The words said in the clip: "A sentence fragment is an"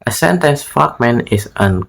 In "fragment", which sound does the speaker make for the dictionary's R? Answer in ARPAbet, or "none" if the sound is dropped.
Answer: none